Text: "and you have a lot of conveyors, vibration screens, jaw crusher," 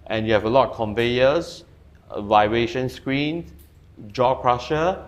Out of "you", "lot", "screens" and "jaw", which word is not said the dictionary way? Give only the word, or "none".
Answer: screens